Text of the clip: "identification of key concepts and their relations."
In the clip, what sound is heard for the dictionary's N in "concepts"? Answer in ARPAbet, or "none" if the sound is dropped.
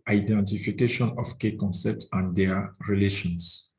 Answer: N